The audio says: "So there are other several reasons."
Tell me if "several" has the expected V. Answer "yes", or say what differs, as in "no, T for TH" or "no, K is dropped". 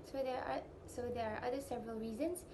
yes